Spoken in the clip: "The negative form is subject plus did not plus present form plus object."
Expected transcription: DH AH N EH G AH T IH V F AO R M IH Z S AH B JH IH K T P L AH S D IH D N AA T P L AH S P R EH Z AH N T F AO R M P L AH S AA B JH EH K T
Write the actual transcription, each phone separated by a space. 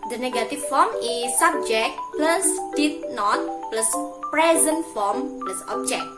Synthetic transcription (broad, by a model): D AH N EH G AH T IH F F AO M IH S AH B JH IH K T P L AH S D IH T N AA T P L AH S P R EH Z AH N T F AO M P L AH S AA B JH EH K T